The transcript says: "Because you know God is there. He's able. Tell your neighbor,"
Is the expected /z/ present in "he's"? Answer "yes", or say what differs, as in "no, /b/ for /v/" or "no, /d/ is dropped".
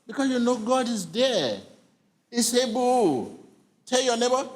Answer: no, /s/ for /z/